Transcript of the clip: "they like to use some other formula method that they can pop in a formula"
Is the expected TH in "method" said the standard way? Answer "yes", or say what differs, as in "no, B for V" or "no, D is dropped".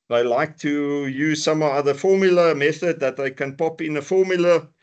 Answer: yes